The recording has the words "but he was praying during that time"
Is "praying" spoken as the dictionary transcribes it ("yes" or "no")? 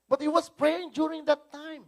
yes